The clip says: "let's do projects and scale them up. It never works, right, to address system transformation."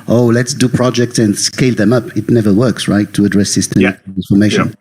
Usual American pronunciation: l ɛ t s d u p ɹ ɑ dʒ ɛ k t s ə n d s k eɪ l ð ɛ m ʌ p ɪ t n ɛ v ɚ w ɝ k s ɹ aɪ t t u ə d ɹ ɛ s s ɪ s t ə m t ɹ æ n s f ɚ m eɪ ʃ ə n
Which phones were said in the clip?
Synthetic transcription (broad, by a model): l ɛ t s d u p ɹ ɑ dʒ ɛ k t s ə n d s k eɪ l ð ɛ m ʌ p ɪ t n ɛ v ɚ w ɝ k s ɹ aɪ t t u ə d ɹ ɛ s s ɪ s t ə m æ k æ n f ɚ m eɪ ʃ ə n